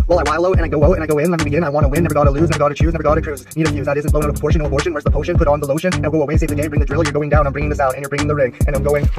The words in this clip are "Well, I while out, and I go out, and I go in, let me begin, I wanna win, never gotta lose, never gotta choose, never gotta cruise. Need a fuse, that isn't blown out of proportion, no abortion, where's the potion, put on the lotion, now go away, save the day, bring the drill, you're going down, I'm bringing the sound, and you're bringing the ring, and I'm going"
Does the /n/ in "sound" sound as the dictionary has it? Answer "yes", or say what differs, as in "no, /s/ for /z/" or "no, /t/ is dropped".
no, /n/ is dropped